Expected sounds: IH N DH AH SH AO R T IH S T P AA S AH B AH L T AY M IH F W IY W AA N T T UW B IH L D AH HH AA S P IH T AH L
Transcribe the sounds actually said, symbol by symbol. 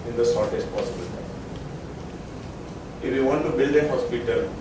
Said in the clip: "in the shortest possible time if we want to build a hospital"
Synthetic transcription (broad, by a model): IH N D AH S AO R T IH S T P AA S AH B AH L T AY IH F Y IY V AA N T T UW B IH L D AH HH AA S P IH T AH L